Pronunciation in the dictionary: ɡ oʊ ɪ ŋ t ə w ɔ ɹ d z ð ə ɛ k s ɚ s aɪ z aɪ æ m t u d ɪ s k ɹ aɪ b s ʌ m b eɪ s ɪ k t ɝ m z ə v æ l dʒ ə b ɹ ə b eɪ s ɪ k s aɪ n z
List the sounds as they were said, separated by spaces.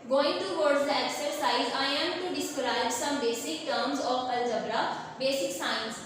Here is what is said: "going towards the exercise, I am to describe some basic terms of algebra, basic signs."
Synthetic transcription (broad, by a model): ɡ oʊ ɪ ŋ t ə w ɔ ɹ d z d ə ɛ k s ɚ s aɪ z aɪ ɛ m t u d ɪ s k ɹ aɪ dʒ s ʌ m b eɪ s ɪ k t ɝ m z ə p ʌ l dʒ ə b ɹ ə b eɪ s ɪ k s aɪ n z